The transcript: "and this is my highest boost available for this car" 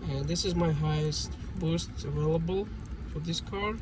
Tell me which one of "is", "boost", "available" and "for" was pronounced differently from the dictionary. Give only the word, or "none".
none